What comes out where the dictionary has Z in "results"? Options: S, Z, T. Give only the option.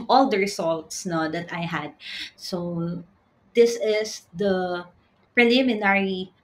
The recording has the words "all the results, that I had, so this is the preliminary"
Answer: S